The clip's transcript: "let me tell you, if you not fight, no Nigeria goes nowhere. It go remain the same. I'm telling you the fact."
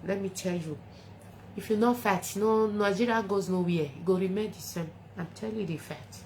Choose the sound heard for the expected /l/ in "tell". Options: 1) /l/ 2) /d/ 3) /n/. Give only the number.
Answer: 1